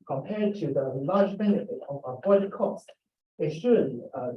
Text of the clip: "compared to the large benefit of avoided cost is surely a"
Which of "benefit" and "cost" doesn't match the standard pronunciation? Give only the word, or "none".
none